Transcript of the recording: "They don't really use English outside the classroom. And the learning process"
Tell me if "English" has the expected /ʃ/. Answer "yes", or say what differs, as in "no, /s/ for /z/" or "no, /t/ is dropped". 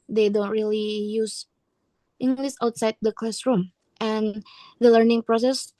no, /s/ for /ʃ/